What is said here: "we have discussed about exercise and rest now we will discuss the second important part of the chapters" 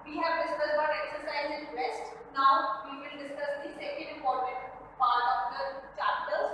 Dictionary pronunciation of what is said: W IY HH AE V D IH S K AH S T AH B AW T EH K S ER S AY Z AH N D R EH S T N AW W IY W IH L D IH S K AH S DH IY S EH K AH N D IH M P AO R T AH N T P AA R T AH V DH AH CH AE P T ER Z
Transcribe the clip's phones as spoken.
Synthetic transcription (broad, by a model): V IY HH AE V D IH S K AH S AH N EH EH K S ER S AY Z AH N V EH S T N AW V IY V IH L D IH S K AH S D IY S EH K AH N D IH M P AO R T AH N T P AA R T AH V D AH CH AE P T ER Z